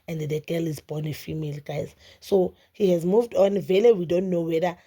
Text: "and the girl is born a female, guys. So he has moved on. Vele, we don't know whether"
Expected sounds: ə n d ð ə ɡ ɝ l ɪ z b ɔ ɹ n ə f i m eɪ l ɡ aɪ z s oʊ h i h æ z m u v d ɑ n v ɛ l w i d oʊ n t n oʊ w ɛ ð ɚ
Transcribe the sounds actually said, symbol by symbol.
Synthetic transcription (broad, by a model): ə n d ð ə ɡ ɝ l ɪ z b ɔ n ə f i m eɪ l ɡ aɪ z s oʊ h i h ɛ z m u v d ɑ n v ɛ l w i d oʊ n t n oʊ w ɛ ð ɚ